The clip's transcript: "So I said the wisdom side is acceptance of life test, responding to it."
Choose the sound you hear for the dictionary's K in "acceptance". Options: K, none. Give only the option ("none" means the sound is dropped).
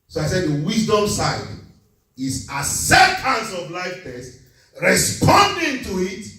none